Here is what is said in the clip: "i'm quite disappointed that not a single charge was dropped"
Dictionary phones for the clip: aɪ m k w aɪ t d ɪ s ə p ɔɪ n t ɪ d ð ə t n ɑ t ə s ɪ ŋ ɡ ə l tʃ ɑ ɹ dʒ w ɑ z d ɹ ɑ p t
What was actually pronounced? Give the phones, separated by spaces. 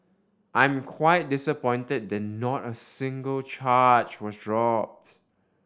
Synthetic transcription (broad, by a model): aɪ m k w aɪ t d ɪ s ə p ɔɪ n t ɪ d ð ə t n ɑ t ə s ɪ ŋ ɡ ə l tʃ ɑ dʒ w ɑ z d ɹ ɑ p t